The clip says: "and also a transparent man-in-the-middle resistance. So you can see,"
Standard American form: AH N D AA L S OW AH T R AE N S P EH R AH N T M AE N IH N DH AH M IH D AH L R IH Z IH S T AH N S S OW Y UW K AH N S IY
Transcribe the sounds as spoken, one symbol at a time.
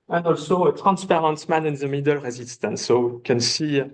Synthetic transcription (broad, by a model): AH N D AA L S OW AH T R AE N S P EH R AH N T M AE N IH N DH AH M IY D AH L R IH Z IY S T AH N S S OW K AH N S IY